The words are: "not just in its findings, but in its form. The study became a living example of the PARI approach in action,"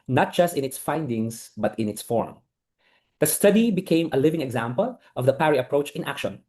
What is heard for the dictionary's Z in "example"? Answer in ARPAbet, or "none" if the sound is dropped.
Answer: Z